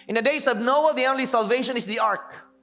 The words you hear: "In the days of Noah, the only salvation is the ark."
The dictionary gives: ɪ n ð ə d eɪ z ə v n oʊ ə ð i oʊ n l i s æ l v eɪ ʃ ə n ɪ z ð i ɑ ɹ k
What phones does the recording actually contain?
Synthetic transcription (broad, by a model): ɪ n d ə d eɪ s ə b n oʊ ə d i oʊ n l i s æ l v eɪ ʃ ə n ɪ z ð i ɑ ɹ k